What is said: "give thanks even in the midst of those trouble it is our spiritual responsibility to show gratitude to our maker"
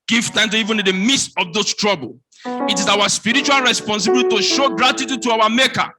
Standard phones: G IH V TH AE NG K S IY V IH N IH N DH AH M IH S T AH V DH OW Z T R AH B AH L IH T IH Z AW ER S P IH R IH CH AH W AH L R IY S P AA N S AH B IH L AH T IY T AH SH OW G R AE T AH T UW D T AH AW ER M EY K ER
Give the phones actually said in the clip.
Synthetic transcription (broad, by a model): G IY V T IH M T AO IY V IH N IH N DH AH M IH S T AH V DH OW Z T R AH B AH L IH T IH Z AW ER S P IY R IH CH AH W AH L R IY S P AA N S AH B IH L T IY T AH SH OW G R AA T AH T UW D T AH AW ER M EY K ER